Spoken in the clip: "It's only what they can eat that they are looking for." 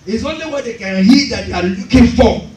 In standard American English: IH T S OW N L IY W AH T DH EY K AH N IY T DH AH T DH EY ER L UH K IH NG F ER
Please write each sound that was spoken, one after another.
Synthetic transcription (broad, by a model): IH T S OW N L IY W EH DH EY K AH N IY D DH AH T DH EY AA L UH K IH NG F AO